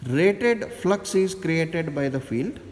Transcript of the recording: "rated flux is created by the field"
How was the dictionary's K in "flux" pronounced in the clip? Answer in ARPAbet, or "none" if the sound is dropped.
K